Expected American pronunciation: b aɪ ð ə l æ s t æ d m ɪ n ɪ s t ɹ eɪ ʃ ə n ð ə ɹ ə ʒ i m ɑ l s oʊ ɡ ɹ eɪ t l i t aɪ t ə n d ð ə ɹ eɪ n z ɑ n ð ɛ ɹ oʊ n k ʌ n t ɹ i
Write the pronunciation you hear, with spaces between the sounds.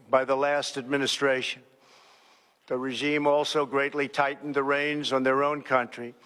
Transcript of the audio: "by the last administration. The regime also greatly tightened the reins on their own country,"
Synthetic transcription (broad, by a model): b aɪ ð ə l æ s t æ d m ɪ n ɪ s t ɹ eɪ ʃ ə n ð ə ɹ ə ʒ i m ɑ l s oʊ ɡ ɹ eɪ t l i t aɪ t n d ð ə ɹ eɪ n z n ð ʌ ɹ oʊ n k ʌ n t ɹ i